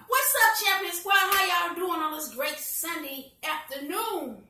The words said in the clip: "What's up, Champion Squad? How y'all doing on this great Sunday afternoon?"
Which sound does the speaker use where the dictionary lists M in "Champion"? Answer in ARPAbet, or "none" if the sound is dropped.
none